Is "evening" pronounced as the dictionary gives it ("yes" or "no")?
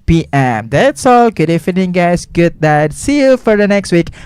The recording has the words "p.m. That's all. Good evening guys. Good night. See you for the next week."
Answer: no